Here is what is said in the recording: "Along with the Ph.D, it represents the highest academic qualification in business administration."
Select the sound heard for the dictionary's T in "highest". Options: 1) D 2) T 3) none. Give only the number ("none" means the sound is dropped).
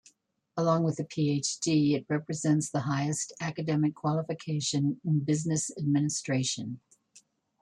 2